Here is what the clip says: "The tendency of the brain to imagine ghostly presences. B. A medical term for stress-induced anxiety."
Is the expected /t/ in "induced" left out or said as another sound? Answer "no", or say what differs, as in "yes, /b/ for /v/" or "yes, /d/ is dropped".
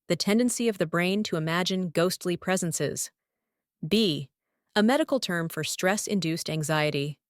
no